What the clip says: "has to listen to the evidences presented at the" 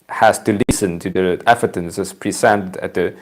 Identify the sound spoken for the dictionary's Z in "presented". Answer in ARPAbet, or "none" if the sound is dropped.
S